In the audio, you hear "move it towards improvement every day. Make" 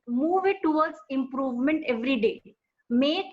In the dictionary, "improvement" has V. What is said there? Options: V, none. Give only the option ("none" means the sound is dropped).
V